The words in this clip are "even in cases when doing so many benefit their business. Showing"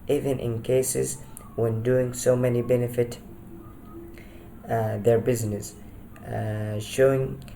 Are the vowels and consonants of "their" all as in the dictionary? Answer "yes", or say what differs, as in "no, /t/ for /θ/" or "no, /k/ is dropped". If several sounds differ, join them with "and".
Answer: yes